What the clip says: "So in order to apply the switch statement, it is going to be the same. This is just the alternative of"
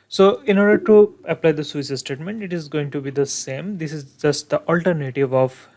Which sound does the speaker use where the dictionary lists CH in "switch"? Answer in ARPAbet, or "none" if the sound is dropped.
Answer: S